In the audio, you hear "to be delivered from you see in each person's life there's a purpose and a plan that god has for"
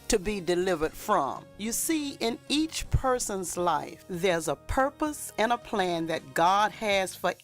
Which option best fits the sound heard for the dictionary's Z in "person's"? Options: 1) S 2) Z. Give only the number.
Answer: 2